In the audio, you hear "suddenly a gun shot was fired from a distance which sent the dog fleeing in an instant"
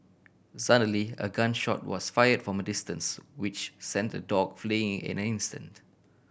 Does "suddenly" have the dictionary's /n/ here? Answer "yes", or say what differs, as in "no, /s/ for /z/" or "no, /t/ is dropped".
no, /n/ is dropped